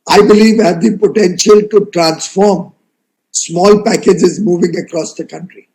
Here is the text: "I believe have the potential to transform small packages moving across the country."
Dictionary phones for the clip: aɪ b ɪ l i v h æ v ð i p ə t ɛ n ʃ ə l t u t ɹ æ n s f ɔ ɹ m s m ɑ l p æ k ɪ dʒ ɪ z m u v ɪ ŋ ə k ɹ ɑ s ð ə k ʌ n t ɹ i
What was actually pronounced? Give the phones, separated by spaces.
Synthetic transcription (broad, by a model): aɪ b ɪ l i v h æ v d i p ə t ɛ n ʃ ə l t u t ɹ æ n s f ɔ ɹ m s m ɑ l p æ k ɪ dʒ ɪ z m u v ɪ ŋ ə k ɹ ɑ s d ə k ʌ n t ɹ i